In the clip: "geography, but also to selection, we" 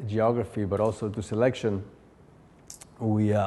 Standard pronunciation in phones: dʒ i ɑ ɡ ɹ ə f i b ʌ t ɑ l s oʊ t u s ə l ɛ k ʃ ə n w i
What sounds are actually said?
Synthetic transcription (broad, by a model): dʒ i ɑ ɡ ɹ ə f i b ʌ t ɑ l s oʊ t u s ə l ɛ k ʃ ə n w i